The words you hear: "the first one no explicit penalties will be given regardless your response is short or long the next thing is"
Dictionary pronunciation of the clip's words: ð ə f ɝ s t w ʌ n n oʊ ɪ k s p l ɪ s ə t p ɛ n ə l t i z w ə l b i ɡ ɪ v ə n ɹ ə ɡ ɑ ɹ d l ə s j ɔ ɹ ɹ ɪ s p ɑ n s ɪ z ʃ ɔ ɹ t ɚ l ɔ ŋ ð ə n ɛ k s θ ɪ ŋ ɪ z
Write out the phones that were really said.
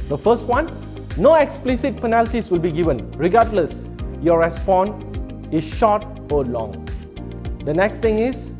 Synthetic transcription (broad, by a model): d ə f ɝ s t w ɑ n n oʊ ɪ k s p l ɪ s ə t p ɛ n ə l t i s w ə l b i ɡ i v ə n ɹ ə ɡ ɑ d l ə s j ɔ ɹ ɹ ɪ s p ɑ n s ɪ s ʃ ɔ t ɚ l ɔ ŋ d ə n ɛ k s t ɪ ŋ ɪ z